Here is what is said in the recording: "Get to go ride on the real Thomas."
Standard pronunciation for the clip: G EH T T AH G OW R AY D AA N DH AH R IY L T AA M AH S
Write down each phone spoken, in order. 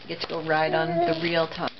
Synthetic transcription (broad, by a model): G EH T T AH G OW R AY D N DH AH R IY L T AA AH